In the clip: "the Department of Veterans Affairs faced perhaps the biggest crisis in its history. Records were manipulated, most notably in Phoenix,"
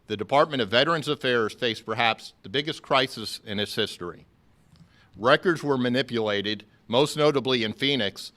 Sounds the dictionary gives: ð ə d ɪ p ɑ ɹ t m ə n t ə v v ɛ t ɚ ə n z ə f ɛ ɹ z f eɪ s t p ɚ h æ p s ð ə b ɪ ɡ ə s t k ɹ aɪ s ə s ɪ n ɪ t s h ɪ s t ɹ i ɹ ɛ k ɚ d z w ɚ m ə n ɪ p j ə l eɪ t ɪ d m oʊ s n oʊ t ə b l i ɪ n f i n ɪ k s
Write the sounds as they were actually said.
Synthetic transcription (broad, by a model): ð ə d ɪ p ɑ ɹ t m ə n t ə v v ɛ t ɚ ə n z ə f ɛ ɹ z f eɪ s p ɚ h æ p s ð ə b ɪ ɡ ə s k ɹ aɪ s ə s ɪ n ɪ t s h ɪ s t ɹ i ɹ ɛ k ɚ d z w ɚ m ə n ɪ p j ə l eɪ t ɪ d m oʊ s n oʊ t ə b l i ɪ n f i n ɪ k s